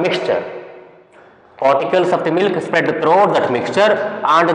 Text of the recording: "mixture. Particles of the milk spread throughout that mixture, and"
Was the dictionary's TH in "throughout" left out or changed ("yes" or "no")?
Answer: yes